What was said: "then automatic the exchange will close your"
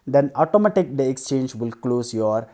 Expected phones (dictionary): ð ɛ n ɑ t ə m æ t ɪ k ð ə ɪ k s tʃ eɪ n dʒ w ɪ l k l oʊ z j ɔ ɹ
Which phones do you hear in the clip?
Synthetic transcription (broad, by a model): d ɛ n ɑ t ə m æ t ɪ k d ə ɪ k s tʃ eɪ n dʒ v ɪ l k l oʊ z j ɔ ɹ